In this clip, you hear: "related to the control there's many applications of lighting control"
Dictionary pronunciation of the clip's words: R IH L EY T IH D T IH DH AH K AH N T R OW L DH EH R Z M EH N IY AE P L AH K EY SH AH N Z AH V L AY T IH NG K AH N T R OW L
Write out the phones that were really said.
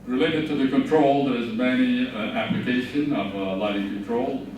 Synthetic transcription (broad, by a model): R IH L EY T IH D T IH DH AH K AH N T R OW L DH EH R Z M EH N IY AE P L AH K EY SH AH N AH V L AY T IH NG K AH N T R OW L